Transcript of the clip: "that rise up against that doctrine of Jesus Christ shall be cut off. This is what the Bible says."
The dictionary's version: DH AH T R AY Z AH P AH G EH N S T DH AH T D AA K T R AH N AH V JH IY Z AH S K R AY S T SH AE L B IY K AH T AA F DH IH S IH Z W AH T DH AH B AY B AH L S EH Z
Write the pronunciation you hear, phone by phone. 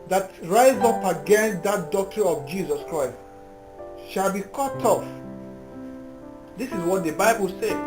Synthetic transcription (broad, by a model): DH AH T R AY Z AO P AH G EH N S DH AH T D AA K T R AH N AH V JH IY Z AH S K R AY S T SH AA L B IY K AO T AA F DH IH S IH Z W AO T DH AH B AY B AH L S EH